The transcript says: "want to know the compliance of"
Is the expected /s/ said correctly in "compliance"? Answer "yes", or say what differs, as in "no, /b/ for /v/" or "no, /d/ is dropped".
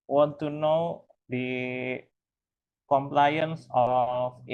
yes